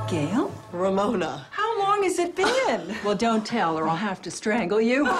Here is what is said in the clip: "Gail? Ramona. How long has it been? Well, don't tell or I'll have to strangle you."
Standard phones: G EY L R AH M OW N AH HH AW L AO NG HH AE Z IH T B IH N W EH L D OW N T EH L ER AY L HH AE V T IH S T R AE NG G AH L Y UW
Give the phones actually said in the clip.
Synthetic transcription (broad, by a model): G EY L R AH M OW N AH HH AW L AO NG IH Z IH T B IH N W EH L D OW N T EH L ER AY L HH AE F T IH S T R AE NG G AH L Y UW